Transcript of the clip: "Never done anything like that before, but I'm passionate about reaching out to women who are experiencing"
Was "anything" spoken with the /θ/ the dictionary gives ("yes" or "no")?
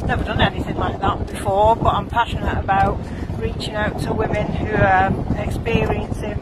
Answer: no